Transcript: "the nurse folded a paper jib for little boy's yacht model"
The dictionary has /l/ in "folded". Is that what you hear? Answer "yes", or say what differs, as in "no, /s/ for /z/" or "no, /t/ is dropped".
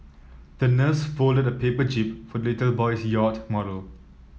yes